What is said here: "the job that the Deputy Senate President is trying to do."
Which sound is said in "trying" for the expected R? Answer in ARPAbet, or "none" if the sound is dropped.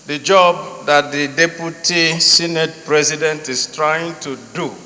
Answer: R